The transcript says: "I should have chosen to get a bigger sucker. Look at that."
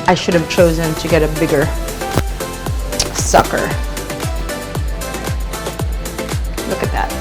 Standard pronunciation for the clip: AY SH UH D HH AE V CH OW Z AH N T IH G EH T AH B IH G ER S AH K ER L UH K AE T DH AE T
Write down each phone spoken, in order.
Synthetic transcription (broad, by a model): AY SH UH D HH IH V CH OW Z AH N T IH G EH T AH B IH G ER S AH K ER L UH K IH T DH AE T